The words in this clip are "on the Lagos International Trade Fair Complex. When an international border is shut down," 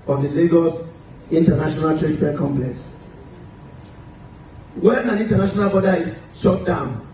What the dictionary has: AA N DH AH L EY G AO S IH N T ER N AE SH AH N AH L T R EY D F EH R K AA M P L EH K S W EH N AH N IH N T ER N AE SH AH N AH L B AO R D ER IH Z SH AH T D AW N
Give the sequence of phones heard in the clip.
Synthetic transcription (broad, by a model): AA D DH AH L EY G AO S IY N T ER N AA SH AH N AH L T R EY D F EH K AA M P L EH K S W EH N AH N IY N T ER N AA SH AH N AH L B AO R D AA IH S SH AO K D AW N